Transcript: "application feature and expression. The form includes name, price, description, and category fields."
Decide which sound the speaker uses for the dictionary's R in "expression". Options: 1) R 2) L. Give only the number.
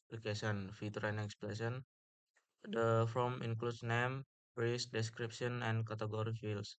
2